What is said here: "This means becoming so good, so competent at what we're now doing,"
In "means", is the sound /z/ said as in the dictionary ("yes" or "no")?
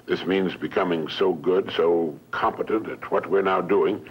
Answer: yes